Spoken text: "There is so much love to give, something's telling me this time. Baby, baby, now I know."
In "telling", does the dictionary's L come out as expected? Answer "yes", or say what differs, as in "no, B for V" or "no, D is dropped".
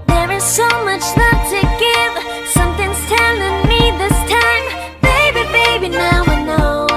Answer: no, N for L